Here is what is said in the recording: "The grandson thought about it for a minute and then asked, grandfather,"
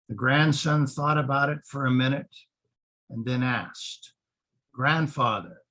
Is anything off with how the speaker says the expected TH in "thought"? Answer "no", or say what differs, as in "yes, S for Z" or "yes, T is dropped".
no